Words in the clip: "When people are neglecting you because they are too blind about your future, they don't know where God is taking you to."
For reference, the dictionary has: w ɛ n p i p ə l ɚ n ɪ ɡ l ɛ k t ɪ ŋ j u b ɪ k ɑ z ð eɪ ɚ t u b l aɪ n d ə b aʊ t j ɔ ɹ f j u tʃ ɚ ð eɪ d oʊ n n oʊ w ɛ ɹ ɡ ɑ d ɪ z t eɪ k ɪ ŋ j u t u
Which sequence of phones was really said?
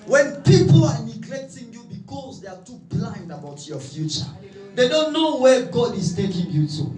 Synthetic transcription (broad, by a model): w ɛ n p i p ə l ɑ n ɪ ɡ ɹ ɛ t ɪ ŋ j u b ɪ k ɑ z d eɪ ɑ t u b l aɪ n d ə b aʊ t j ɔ f j u tʃ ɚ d eɪ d oʊ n n oʊ w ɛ ɡ ɑ d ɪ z t eɪ k ɪ ŋ j u t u